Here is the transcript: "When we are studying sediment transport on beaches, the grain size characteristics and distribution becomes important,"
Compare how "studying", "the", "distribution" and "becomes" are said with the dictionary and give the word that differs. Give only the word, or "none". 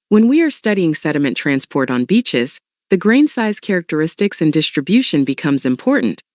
none